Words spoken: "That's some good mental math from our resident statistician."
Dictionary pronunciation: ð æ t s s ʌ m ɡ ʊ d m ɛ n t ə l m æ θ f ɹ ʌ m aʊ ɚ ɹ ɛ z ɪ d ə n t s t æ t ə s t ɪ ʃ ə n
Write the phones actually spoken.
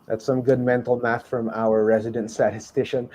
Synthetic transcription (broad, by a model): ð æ t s s ʌ m ɡ ʊ d m ɛ n t l m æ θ f ɹ ʌ m aʊ ɚ ɹ ɛ z ɪ d ə n t s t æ t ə s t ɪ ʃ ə n